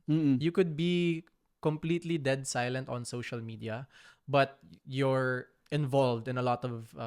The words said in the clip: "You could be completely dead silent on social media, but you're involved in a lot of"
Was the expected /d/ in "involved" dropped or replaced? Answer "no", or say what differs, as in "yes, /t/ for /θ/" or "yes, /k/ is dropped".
no